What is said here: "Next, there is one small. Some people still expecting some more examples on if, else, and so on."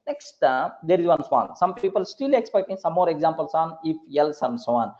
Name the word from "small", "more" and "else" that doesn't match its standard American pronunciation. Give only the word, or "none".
small